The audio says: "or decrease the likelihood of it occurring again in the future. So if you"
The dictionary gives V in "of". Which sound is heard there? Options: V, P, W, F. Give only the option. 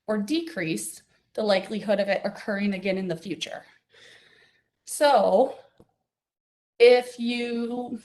V